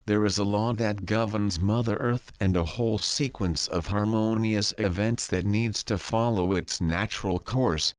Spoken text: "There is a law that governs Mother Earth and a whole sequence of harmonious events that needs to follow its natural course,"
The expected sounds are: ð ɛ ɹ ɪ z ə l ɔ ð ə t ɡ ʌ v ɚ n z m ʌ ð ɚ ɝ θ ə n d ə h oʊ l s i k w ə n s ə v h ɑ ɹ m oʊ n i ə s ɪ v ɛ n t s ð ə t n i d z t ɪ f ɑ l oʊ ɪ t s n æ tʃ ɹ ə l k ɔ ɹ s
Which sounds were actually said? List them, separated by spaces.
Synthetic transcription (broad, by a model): ð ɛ ɹ ɪ z ə l ɔ ð ə t ɡ ʌ v ɚ n z m ʌ ð ɚ ɝ θ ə n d ə h oʊ l s i k w ə n s ə v h ɑ ɹ m oʊ n i ə s ɪ v ɛ n t s ð ə t n i d z t ɪ f ɑ l oʊ ɪ t s n æ tʃ ɹ l k ɔ ɹ s